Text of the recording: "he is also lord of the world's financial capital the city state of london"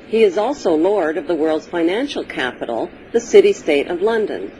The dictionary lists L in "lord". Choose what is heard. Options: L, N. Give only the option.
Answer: L